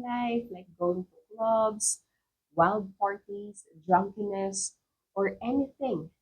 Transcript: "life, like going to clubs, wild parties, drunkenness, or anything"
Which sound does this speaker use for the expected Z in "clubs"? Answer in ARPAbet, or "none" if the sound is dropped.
S